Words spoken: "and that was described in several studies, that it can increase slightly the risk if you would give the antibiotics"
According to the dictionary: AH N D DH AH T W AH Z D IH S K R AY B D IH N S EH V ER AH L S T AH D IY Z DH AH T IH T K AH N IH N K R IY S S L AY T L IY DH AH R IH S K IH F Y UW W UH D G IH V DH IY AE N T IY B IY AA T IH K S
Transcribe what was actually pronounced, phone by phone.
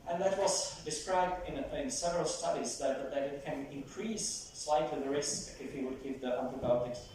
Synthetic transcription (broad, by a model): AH N DH AH T W AH Z D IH S K R AY B D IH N S EH V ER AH L S T AH D IY Z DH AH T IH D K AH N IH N K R IY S S L AY T L IY DH AH R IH S IH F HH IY W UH D G IH V DH IY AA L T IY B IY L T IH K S